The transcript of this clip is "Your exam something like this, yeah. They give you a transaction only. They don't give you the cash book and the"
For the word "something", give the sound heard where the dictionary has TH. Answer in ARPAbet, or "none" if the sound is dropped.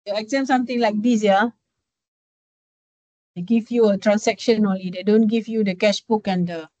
T